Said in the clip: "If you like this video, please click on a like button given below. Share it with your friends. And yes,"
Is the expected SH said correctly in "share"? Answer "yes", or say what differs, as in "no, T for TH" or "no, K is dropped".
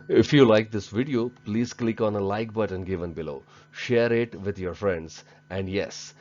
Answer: yes